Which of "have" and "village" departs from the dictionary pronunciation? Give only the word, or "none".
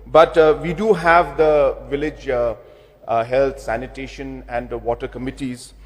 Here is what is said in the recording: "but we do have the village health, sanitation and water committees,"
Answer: none